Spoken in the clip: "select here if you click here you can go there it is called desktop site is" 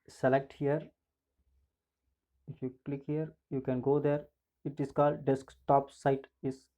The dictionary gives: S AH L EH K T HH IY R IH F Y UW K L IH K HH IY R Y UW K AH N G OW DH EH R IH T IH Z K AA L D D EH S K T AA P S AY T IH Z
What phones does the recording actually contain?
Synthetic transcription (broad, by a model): S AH L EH K T HH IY R IH F Y UW K L IH K HH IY R Y UW K AH N G OW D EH R IH T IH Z K AA L D D EH S K T AA P S AY T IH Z